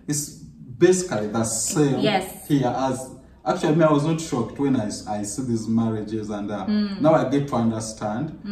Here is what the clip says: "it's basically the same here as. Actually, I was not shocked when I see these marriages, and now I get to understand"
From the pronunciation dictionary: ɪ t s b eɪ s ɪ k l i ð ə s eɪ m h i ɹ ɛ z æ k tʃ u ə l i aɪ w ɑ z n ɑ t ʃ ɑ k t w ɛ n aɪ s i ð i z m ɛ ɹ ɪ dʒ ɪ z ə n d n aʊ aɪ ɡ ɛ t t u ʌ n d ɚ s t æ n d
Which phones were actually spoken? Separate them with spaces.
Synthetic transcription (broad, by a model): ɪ t s b eɪ s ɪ k l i ð ə s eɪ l h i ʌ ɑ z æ k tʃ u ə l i aɪ w ɑ z n ɑ t ʃ ɑ k t w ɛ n aɪ s i ð i z m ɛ ɹ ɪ dʒ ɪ z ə n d n aʊ aɪ ɡ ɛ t t u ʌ n d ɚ s t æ n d